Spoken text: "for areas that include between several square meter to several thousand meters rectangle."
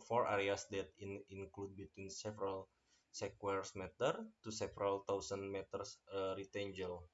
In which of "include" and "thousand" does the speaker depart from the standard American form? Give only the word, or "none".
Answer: thousand